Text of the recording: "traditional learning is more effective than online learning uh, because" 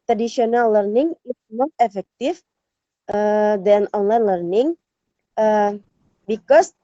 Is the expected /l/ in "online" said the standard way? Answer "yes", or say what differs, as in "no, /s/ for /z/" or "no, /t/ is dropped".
yes